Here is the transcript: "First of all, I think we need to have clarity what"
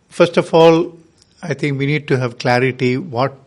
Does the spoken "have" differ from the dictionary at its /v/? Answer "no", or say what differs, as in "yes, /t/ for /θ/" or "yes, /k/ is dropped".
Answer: no